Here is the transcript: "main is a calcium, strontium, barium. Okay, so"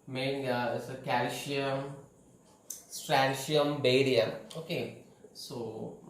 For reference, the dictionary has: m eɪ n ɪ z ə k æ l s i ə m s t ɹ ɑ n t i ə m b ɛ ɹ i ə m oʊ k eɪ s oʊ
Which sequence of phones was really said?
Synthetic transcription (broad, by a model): m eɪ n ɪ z ə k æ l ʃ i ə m s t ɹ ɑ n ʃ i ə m b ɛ ɹ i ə oʊ k eɪ s oʊ